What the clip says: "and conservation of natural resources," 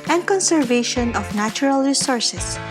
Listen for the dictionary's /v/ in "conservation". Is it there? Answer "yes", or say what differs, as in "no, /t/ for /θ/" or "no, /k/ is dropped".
yes